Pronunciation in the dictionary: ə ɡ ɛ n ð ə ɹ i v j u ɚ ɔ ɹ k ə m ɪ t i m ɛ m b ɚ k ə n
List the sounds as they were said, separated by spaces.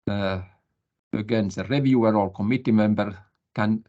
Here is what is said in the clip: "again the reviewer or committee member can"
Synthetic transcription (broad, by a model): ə ɡ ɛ n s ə ɹ i v j u ɚ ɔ l k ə m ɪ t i m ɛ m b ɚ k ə n